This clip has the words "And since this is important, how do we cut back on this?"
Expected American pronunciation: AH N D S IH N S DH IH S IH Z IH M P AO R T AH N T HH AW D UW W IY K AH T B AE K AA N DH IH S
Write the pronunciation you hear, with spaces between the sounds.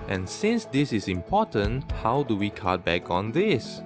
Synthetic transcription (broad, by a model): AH N S IH N S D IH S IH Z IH M P AO T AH N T HH AW D UW W IY K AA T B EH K AA N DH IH S